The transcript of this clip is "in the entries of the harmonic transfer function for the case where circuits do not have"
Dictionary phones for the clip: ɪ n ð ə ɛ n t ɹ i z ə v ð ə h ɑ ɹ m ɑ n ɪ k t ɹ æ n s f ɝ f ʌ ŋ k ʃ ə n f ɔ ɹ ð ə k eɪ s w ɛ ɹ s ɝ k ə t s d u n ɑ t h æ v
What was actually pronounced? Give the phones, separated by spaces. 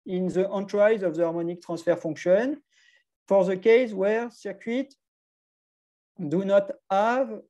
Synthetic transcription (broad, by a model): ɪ n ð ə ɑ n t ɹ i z ə v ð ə ɑ ɹ m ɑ n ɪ k t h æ s f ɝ f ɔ k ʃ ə n f ɔ ɹ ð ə k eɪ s w ɛ ɹ s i k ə t d u n ɑ t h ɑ v